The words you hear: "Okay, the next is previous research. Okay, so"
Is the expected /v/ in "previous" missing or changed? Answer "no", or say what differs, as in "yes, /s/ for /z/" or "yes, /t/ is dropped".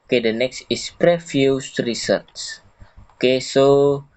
yes, /f/ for /v/